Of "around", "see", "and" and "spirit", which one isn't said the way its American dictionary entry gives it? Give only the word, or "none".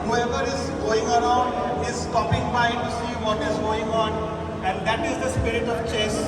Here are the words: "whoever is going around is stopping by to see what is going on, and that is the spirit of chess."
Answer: none